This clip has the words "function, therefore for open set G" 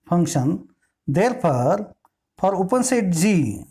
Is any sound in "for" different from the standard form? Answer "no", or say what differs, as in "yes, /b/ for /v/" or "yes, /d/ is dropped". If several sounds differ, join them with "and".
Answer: yes, /p/ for /f/